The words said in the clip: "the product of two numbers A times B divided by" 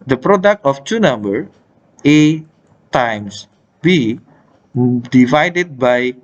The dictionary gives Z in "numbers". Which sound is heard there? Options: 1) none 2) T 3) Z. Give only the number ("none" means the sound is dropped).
1